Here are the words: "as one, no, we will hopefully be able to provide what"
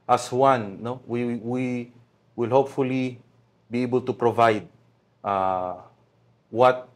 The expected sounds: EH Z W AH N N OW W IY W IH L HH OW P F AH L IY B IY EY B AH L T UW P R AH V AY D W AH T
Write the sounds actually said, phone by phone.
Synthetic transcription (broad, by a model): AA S W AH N N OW W IY W IH L HH OW P F AH L IY B IY EY B AH L T UW P R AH V AY D W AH T